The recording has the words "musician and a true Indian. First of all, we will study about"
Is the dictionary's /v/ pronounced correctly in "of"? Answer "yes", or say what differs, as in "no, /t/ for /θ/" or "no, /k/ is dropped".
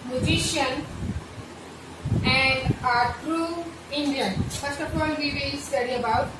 no, /p/ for /v/